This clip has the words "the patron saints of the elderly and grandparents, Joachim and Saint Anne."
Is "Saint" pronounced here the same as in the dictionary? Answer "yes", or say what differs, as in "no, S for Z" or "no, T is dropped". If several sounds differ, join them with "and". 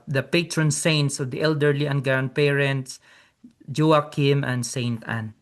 yes